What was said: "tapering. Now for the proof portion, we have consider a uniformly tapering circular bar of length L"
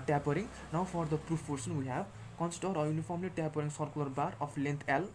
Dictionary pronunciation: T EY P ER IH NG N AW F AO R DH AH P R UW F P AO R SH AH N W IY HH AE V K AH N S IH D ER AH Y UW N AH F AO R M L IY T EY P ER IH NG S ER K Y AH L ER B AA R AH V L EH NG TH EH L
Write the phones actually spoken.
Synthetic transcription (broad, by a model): T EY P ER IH NG N AW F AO R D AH P R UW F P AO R S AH N W IY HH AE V K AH N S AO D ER AH Y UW N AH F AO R M L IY T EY P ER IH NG S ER K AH L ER B AA R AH P L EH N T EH L